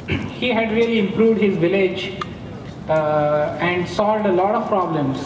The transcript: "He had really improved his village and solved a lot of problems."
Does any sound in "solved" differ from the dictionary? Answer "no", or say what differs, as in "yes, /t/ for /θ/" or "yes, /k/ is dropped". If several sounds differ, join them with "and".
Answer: yes, /v/ is dropped